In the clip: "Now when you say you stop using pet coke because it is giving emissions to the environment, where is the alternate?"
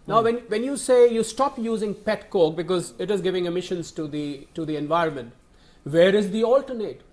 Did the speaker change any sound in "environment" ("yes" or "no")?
no